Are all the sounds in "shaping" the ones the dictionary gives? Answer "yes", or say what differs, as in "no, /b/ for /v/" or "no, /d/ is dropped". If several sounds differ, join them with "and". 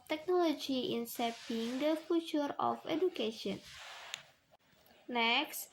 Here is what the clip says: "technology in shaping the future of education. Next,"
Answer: no, /s/ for /ʃ/